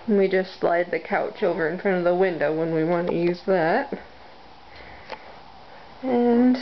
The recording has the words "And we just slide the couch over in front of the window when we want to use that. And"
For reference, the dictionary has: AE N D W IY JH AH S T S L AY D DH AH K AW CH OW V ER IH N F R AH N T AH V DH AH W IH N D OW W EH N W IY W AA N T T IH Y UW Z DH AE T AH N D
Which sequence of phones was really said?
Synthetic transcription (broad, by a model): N W IY JH AH S T S L AY D DH AH K AW CH OW V ER IH N F R AH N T AH V DH AH W IH N D OW W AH N W IY W AA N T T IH Y UW Z DH AE T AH N